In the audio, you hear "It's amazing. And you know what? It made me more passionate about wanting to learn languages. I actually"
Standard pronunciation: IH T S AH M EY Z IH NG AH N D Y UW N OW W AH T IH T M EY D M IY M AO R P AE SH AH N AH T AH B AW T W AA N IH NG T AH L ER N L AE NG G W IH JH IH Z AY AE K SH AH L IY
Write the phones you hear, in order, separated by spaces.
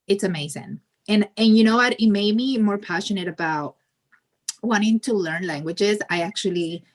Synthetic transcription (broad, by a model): IH T S AH M EY Z IH NG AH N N Y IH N OW W AH T IH T M EY D M IY M AO R P AE SH AH N AH T AH B AW T W AA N IH NG T AH L ER N L AE NG G W IH JH IH Z AY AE K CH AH L IY